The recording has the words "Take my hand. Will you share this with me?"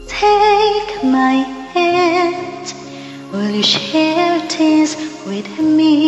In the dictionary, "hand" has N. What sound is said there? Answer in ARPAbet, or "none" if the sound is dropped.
none